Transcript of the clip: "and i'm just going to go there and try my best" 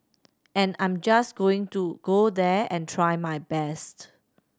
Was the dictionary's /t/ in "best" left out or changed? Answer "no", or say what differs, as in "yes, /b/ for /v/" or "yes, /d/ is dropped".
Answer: no